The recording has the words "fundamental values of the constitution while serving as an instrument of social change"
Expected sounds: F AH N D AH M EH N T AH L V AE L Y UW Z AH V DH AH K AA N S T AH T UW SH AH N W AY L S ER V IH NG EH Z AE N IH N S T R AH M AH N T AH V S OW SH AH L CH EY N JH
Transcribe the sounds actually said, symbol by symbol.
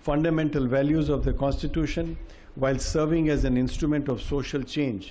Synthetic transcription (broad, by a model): F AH N D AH M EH N T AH L V AE L Y UW Z AH V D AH K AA N S T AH T UW SH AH N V AY L S ER V IH NG EH Z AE N IH N S T R AH M AH N T AH V S OW SH AH L CH EY N JH